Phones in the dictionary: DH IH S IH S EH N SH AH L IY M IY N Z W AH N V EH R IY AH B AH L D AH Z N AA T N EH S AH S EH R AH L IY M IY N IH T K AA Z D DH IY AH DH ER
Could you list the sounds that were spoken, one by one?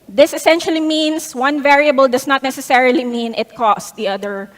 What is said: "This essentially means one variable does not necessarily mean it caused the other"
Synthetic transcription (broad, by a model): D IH S IH S EH N SH AH L IY M IY N S W AH N V EH R IY AH B AH L D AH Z N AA T N EH S AH S EH R AH L IY M IY N IH T K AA S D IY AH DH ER